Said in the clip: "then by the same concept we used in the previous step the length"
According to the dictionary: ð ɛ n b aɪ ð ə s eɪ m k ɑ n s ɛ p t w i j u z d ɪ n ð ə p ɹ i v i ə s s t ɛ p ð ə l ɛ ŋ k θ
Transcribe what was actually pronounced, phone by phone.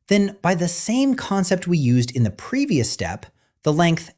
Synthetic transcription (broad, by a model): ð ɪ n b aɪ ð ə s eɪ m k ɑ n s ɛ p t w i j u z d ɪ n ð ə p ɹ i v i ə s s t ɛ p ð ə l ɛ ŋ k θ